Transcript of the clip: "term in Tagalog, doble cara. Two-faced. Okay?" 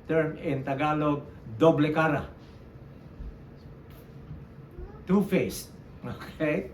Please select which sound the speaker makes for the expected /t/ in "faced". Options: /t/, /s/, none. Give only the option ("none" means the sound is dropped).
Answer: none